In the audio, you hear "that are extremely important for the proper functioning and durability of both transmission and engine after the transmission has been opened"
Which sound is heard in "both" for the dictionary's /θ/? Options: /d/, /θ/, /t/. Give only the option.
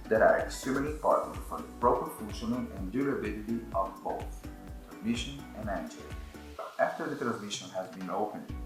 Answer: /t/